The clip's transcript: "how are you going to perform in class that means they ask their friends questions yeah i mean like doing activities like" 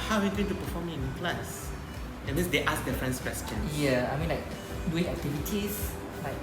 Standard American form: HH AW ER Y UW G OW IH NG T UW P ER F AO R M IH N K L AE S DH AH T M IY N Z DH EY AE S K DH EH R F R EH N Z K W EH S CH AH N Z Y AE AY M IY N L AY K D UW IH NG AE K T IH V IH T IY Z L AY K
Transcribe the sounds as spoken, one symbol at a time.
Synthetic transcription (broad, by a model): HH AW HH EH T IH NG T UW P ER F AO M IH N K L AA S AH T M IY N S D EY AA S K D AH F R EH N S K W EH S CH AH N Y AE AY M IY N L AY K D UW IH NG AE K T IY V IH T IY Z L AY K